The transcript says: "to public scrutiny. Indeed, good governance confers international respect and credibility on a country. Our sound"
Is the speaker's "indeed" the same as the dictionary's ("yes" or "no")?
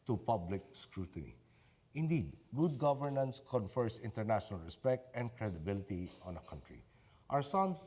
yes